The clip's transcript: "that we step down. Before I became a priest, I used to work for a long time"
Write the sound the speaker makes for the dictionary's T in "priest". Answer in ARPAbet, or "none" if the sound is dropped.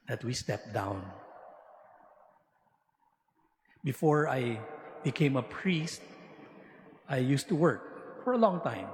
T